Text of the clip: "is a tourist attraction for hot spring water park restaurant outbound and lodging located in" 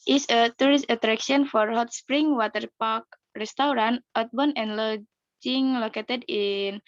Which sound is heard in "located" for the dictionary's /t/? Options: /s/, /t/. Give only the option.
/t/